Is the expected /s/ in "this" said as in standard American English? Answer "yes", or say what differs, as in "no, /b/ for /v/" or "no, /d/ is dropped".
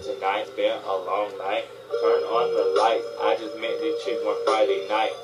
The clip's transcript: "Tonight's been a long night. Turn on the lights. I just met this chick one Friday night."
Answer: no, /s/ is dropped